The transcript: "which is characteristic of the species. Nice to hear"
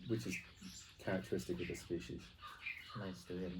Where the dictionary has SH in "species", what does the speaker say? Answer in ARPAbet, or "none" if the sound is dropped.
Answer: SH